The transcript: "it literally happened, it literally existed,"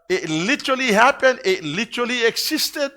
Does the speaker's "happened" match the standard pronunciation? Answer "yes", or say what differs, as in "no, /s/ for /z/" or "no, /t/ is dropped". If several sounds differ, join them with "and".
no, /d/ is dropped